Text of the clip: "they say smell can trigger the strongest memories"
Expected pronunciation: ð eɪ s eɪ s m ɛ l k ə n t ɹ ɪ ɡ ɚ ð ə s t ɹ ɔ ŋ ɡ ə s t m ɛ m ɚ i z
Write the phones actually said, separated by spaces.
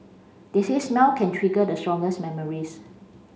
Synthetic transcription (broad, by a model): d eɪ s eɪ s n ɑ w k ə n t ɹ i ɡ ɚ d ə s t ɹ ɔ ŋ ɡ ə s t m ɛ m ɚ i s